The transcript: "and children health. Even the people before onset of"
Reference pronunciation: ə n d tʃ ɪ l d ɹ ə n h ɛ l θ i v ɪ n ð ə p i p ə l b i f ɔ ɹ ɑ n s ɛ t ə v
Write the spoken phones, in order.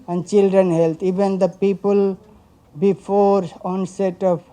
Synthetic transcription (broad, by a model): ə n d tʃ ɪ l d ɹ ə n h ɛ l t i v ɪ n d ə p i p ə l b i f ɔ ɹ ɑ n s ɛ t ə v